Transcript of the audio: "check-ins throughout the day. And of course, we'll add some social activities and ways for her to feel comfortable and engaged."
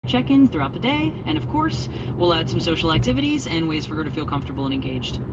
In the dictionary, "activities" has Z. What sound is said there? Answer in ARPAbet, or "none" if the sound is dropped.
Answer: Z